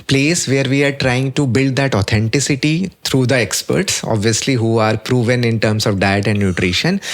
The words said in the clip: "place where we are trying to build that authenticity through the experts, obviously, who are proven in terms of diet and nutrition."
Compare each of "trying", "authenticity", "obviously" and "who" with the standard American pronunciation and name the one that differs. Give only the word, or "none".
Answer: authenticity